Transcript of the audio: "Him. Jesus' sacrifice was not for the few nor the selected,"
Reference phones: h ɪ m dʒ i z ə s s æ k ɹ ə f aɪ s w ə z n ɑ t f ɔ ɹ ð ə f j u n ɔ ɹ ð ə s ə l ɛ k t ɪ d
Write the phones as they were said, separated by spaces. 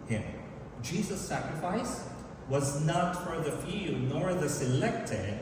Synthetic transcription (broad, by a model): h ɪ m dʒ i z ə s s æ k ɹ ə f aɪ s w ə z n ɑ t f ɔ ɹ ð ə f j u n ɔ ɹ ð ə s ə l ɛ k t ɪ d